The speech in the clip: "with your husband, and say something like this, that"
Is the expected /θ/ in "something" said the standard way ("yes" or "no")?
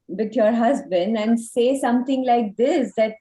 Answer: no